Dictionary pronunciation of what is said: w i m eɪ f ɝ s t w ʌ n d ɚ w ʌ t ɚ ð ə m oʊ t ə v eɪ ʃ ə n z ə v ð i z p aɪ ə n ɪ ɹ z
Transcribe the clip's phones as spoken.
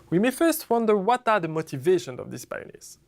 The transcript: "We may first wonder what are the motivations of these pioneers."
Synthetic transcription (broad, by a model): w i m eɪ f ɝ s t w ʌ n d ɚ w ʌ t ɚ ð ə m oʊ t ə v eɪ ʃ ə n z ə v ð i s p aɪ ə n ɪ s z